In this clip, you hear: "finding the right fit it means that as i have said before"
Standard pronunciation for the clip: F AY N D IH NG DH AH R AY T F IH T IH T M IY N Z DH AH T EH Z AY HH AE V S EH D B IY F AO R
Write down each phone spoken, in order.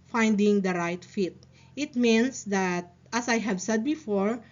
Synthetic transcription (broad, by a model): F AY N D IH NG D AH R AY T F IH T IH T M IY N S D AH T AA S AY HH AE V S EH D B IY F AO R